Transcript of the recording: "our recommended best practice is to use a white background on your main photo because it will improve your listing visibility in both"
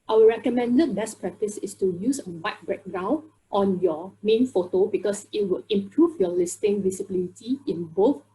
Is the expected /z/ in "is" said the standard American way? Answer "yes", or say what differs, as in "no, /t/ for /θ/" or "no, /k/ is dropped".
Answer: no, /s/ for /z/